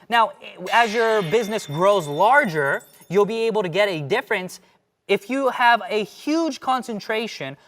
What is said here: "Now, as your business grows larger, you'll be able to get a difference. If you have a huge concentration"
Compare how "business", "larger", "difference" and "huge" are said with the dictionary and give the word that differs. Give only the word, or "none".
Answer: none